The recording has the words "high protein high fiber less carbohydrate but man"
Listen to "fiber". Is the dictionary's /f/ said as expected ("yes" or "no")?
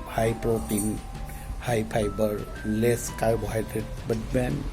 no